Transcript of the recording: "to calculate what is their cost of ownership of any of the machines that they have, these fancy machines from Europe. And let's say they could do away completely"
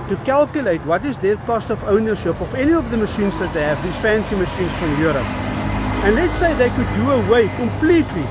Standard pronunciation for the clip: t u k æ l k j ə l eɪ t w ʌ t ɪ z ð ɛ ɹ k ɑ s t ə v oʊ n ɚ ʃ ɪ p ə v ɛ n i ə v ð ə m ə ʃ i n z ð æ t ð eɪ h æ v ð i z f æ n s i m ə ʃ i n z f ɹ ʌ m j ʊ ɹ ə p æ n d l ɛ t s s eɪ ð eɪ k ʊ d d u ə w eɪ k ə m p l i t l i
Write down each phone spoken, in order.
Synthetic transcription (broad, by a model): t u k æ l k j ə l eɪ t w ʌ t ɪ z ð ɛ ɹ k ɑ s t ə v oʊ n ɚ ʃ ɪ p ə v ɛ n i ə v ð ə m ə ʃ i n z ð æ t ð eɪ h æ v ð i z f æ n s i m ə ʃ i n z f ɹ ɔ m j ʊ ɹ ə p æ n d l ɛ t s s eɪ ð eɪ k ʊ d d u ə w eɪ k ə m p l i t l i